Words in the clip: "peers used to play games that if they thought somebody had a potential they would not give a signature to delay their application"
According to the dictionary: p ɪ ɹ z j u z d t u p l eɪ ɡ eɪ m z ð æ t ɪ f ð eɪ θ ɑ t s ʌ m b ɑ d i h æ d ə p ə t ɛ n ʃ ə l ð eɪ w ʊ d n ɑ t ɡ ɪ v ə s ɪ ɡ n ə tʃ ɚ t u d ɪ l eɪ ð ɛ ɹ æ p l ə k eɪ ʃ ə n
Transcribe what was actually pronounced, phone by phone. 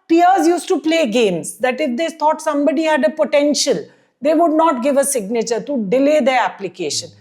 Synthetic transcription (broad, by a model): p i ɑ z j u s t u p l eɪ ɡ eɪ m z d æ t ɪ f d eɪ t ɑ t s ʌ m b ɑ d i h æ d ə p ə t ɛ n ʃ ə l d eɪ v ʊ d n ɑ t ɡ ɪ v ə s ɪ ɡ n ə tʃ ɚ t u d ɪ l eɪ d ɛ ɹ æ p l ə k eɪ ʃ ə n